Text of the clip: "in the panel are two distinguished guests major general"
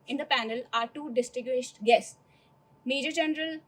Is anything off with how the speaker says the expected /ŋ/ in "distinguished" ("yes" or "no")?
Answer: yes